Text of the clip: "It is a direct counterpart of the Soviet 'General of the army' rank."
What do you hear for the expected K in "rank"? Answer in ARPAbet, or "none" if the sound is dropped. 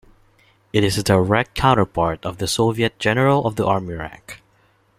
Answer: K